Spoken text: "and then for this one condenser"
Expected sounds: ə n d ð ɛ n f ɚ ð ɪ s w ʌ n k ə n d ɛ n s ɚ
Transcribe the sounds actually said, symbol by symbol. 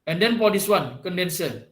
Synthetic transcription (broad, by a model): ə n d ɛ n p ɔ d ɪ s w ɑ n k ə n d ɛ n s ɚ